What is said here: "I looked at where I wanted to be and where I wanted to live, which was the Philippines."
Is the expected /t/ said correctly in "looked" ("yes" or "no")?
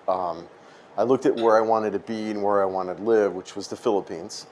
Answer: yes